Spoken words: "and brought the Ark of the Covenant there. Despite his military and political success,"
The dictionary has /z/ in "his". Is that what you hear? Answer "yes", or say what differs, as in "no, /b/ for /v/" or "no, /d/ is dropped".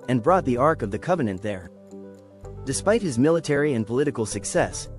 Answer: yes